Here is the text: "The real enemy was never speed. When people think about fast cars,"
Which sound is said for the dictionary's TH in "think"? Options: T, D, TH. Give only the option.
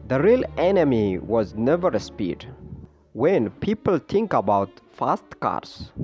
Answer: T